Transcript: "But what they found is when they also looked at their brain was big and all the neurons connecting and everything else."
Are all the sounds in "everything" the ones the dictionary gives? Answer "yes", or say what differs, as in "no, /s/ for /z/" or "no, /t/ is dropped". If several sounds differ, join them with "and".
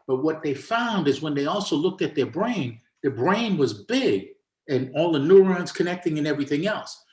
yes